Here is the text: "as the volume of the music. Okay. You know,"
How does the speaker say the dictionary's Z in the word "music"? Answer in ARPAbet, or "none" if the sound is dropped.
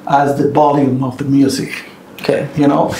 Z